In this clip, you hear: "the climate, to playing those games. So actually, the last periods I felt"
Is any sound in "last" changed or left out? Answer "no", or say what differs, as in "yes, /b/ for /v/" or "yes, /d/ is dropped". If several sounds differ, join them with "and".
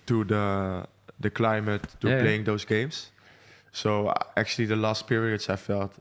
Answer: no